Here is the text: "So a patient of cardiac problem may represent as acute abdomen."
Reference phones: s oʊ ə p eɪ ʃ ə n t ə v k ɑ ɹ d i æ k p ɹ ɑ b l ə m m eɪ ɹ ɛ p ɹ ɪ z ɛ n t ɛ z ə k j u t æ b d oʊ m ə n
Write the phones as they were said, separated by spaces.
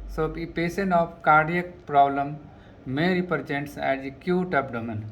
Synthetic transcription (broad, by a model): s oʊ ə p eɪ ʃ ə n ə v k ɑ ɹ d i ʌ k p ɹ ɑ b l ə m m eɪ ɹ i p ɹ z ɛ n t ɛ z ə k j u t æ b d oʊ m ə n